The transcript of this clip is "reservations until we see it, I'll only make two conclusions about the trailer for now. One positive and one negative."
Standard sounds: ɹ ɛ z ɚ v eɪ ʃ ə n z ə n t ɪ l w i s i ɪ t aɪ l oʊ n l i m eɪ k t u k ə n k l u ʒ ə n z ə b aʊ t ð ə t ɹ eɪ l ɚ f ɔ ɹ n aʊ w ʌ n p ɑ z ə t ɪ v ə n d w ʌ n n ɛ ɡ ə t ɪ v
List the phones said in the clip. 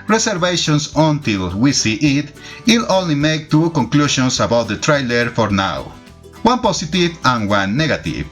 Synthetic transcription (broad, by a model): ɹ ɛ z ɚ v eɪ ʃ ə n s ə n t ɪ l w i s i ɪ t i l oʊ n l i m eɪ k t u k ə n k l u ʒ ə n s ə b aʊ t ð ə t ɹ eɪ l ɚ f ɔ ɹ n aʊ w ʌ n p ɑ s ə t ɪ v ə n w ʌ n n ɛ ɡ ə t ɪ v